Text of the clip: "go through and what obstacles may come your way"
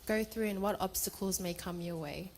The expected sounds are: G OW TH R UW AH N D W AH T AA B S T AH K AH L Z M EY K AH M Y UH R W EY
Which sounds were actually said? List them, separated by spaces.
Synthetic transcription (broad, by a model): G OW TH R UW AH N W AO T AA B S T AH K AH L Z M EY K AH M Y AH W EY